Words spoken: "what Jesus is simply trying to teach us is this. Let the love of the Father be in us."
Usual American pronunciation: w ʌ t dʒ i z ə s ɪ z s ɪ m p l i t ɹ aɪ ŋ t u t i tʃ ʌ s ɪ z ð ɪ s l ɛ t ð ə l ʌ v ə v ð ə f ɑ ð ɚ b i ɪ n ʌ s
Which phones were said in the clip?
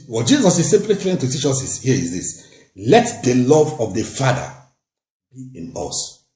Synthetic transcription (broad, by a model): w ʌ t dʒ i z ə s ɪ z s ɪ m p l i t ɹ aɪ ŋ t u t i tʃ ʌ s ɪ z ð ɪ s l ɛ t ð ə l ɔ v ə v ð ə f ɑ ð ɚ b i ɪ n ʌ s